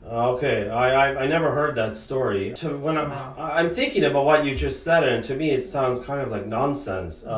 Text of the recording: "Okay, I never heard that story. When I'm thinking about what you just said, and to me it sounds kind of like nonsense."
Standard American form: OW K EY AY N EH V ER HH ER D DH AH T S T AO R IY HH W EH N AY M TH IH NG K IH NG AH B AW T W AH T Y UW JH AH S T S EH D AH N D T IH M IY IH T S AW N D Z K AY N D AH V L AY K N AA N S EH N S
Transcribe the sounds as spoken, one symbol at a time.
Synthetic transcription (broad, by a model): OW K EY AY N EH V ER HH ER D DH AH T S T AO R IY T W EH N AY M TH IH NG K IH NG AH B AW T W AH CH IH JH AH S T S EH D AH N T IH M IY IH T S AW N D Z K AY N D AH V L AY K N AA N S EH N S